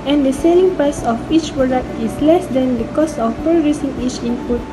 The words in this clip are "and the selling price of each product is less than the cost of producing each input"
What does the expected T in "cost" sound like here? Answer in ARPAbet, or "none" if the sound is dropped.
none